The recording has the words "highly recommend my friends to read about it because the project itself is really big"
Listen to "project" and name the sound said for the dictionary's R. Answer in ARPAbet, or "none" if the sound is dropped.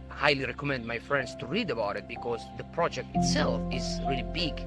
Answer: R